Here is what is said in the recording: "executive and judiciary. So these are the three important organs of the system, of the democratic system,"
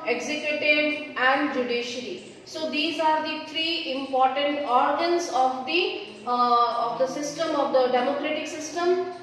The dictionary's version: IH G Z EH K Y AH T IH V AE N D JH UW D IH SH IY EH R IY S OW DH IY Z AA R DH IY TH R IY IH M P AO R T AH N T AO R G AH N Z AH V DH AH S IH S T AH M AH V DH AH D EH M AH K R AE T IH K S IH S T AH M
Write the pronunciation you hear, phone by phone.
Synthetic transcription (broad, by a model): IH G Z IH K Y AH T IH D AE N D JH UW D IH SH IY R IY S OW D IY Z AA R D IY T R IY IH M P AO R T AH N T AO R G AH N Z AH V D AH S IH S T AH M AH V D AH D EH M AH K R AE T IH K S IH S T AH M